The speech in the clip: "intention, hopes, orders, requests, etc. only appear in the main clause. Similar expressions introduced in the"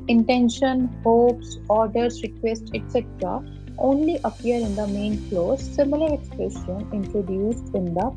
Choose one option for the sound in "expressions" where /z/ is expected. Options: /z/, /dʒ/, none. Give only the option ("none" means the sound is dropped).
none